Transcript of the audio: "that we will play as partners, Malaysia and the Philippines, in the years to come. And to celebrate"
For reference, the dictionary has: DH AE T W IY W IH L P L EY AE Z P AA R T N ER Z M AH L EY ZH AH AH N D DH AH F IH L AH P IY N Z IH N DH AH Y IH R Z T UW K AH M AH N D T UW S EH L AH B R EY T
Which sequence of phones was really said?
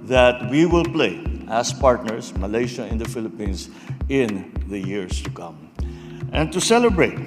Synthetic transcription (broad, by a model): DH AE T W IY W IH L P L EY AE S P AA R T N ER S M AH L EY SH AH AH N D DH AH F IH L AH P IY N S IH N DH AH Y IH R S T UW K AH M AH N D T UW S EH L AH B R EY T